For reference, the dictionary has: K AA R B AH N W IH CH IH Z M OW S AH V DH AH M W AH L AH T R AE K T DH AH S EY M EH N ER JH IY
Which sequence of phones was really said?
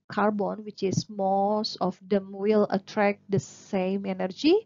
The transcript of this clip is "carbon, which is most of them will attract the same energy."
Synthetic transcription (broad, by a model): K AA R B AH N W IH CH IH S M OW S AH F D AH M W AH L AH T R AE K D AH S EY M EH N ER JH IY